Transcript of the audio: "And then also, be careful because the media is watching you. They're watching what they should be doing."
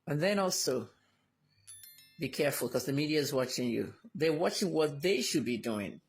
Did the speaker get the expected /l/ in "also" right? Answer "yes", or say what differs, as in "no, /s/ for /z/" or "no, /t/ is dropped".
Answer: yes